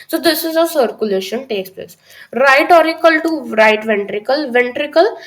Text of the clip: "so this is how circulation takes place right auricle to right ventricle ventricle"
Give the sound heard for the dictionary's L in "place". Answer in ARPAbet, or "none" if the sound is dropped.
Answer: L